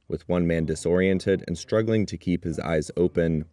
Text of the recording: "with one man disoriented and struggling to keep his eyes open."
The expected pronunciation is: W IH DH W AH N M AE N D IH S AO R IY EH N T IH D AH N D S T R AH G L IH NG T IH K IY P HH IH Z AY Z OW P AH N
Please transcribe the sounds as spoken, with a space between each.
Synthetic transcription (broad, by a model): W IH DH W AH N M AE N D IH S AO R IY EH N T IH D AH N S T R AH G L IH NG T IH K IY P HH IH Z AY Z OW P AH N